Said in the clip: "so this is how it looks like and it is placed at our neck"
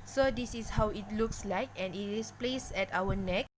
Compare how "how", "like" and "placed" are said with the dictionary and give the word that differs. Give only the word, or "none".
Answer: placed